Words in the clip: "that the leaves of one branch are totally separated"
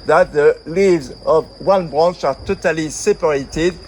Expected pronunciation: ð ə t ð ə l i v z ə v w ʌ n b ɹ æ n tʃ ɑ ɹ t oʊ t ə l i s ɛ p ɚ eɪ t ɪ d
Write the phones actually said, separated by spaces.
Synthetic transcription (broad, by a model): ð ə t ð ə l i v z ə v w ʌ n b ɹ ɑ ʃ ɑ ɹ t oʊ t ə l i s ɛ p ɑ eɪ t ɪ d